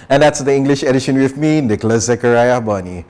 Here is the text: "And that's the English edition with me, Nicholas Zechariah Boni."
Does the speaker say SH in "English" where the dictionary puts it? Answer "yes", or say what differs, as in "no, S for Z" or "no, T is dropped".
yes